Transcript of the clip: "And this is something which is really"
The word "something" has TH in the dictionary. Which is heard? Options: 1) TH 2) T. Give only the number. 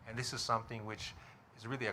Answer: 1